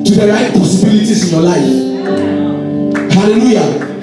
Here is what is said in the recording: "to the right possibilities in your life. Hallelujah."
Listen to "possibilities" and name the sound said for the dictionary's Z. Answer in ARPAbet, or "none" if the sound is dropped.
S